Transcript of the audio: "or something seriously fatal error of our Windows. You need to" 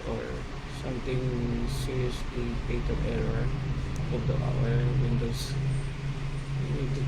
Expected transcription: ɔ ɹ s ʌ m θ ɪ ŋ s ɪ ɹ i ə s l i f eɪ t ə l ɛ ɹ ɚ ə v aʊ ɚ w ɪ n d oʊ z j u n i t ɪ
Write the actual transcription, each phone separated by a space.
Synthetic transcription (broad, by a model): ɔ ɹ s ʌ m t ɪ ŋ s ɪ ɹ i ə s l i p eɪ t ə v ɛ ɹ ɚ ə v aʊ ɚ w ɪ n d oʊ s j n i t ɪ